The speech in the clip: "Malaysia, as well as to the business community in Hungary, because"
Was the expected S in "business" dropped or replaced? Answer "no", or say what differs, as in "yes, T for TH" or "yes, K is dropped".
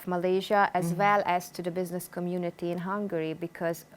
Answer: no